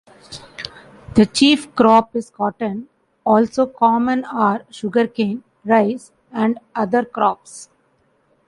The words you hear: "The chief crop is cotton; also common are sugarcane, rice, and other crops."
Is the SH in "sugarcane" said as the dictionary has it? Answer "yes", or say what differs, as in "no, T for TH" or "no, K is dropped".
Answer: yes